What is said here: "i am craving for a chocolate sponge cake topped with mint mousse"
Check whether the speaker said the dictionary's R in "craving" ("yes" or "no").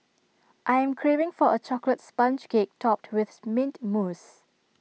yes